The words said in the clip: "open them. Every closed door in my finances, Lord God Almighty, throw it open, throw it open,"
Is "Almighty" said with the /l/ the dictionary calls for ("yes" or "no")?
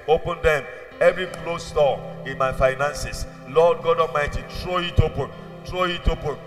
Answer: no